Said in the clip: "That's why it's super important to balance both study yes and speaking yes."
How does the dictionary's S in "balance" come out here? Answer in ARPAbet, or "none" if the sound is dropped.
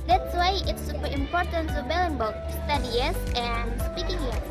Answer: none